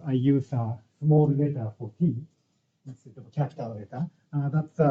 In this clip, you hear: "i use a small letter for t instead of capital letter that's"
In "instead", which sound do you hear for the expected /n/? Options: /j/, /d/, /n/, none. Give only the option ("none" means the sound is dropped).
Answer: none